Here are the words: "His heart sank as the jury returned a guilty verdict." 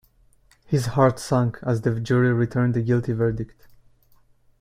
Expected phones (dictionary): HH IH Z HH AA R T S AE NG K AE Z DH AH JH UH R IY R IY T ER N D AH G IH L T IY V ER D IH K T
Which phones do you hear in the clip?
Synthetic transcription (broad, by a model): HH IH Z HH AA R T S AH NG K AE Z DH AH JH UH R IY R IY T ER N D AH G IH L T IY V ER D IH K T